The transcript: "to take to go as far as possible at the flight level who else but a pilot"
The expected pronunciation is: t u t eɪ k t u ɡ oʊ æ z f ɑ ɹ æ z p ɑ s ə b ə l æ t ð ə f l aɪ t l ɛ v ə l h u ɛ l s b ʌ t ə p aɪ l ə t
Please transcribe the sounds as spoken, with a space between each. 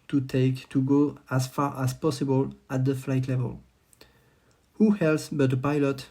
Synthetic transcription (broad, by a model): t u t eɪ k t u ɡ oʊ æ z f ɑ ɹ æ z p ɑ s ə b ə l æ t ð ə f l aɪ t l ɛ v ə l h u ɛ l s b ʌ t ə p aɪ l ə t